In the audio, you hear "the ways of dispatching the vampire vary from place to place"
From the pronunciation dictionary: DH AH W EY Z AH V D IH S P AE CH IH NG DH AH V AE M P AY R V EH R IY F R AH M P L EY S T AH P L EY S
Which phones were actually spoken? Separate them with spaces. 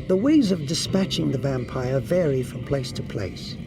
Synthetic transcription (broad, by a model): DH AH W EY Z AH V D IH S P AE CH IH NG DH AH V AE M P AY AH V EH R IY F R AH M P L EY S T AH P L EY S